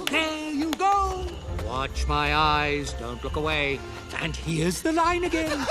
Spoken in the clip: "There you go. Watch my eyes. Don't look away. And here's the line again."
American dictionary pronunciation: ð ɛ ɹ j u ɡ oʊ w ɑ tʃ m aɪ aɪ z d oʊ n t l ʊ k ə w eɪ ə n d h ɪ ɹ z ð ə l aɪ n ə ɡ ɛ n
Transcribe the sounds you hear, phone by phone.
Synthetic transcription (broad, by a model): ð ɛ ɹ j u ɡ oʊ w ɑ tʃ m aɪ aɪ z d oʊ n t l ʊ k ə w eɪ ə n h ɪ ɹ z ð ə l aɪ n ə ɡ ɛ n